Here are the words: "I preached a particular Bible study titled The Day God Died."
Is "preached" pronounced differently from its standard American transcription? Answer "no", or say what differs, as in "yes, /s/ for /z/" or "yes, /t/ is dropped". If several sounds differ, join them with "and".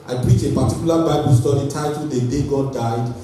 yes, /t/ is dropped